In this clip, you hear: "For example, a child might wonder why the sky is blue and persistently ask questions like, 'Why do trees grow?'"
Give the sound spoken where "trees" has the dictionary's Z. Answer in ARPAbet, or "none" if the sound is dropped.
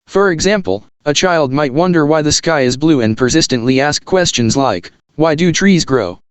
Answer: Z